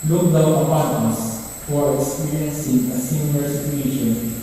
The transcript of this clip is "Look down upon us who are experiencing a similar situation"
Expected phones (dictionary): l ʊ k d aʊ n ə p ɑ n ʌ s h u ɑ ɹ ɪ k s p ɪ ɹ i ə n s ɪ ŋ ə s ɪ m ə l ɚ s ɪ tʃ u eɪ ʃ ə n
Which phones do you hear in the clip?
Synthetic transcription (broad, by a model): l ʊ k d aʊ ə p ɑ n ʌ s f ɑ ɹ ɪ k s p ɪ ɹ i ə n s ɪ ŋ ə s ɪ m ə l ɚ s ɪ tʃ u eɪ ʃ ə n